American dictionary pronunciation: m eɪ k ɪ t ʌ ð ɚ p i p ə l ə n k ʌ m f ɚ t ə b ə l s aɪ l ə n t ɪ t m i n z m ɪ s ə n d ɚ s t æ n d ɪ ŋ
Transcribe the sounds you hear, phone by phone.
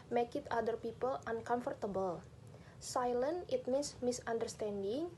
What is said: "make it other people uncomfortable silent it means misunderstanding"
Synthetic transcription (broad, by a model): m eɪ k ɪ t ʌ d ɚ p i p ə l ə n k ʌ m f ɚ t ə b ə l s aɪ l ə n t ɪ t m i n s m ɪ s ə n d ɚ s t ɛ n d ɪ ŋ